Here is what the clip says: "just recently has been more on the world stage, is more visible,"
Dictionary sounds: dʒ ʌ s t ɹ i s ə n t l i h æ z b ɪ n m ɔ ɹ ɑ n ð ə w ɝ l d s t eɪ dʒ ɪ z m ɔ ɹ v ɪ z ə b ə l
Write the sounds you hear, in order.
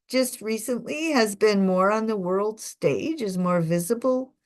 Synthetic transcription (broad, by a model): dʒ ʌ s t ɹ i s ə n t l i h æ z b ɪ n m ɔ ɹ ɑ n ð ə w ɝ l d s t eɪ dʒ ɪ z m ɔ ɹ v ɪ z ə b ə l